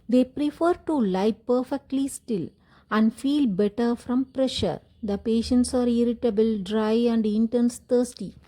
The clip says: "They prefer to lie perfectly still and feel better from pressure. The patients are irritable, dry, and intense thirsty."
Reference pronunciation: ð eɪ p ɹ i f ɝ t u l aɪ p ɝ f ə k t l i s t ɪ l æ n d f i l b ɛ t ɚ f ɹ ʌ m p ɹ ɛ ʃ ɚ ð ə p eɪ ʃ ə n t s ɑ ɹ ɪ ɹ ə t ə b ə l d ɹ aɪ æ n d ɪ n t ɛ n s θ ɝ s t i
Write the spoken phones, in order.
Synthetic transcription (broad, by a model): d eɪ p ɹ i f ɝ t u l aɪ p ɝ f ə k t l i s t ɪ l æ n d f i l b ɛ t ɚ f ɹ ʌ m p ɹ ɛ ʃ ɚ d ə p eɪ ʃ ə n t s ɑ ɹ ɪ ɹ ə t ə b ə l d ɹ aɪ æ n d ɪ n t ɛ n s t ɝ s t i